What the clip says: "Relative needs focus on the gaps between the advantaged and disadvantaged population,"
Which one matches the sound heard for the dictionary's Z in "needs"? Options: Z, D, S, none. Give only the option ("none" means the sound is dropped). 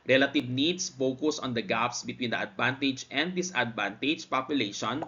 S